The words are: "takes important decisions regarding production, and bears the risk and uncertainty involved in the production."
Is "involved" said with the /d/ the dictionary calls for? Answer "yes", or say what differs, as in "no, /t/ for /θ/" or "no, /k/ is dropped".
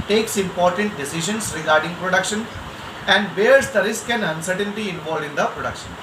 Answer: no, /d/ is dropped